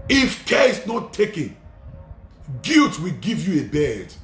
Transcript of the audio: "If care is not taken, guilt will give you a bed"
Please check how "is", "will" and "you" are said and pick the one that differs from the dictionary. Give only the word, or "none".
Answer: is